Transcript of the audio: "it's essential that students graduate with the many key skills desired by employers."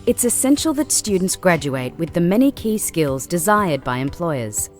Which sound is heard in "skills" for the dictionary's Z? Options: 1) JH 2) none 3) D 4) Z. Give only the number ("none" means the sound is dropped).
4